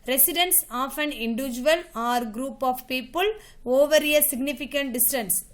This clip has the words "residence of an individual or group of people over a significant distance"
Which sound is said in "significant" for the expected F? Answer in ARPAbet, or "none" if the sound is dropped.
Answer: F